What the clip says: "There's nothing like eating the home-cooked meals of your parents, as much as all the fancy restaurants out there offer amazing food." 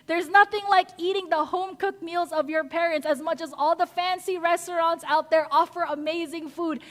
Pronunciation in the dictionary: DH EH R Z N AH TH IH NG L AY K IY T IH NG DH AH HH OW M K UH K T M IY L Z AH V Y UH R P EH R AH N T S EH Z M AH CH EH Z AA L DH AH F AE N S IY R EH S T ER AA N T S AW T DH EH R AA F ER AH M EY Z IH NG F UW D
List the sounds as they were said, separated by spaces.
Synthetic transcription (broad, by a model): DH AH R Z N AH TH IH NG L AY K IY T IH NG DH AH HH OW M K UH K M IY L Z AH V Y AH R P EH R AH N T S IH Z M AH CH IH Z AA L DH AH F AE N S IY R EH S T ER AA N T S AW T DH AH R AA F ER AH M EY Z IH NG F UW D